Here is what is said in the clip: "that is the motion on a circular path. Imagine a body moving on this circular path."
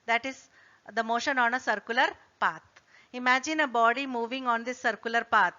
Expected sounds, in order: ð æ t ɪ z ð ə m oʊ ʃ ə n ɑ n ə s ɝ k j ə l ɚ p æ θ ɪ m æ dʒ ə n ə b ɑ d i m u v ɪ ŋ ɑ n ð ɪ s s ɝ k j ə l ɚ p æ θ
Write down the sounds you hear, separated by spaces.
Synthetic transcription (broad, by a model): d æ t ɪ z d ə m oʊ ʃ ə n ɑ n ə s ɝ k j ə l ɚ p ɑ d ɪ m æ dʒ ə n ə b ɑ d i m u v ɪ ŋ ɑ n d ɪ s s ɝ k j ə l ɚ p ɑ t